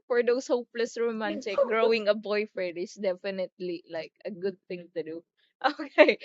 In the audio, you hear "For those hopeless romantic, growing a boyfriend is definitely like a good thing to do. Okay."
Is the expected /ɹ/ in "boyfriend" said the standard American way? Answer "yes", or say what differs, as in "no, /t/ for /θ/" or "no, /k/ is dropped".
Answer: no, /ɹ/ is dropped